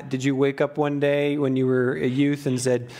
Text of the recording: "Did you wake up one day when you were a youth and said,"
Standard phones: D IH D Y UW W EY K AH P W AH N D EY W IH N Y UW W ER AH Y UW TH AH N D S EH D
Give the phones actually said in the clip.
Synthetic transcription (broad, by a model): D IH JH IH W EY K AH P W AH N D EY W IH N Y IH W ER AH Y UW TH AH N S EH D